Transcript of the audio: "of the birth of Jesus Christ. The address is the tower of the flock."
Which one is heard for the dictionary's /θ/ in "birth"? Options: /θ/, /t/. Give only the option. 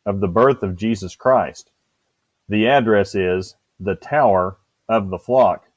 /θ/